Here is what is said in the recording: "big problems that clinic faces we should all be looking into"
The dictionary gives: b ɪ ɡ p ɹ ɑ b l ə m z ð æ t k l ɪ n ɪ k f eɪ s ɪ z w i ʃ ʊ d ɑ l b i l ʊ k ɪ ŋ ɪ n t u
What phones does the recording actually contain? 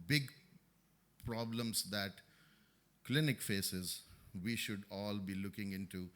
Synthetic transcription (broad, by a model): b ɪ ɡ p ɹ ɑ b l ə m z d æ t k l ɪ n ɪ k f eɪ s ɪ z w i ʃ ʊ d ɑ l b i l ʊ k ɪ ŋ ɪ n t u